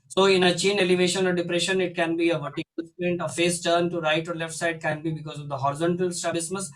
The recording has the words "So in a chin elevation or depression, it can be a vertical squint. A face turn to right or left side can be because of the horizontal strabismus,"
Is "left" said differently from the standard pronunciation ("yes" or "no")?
no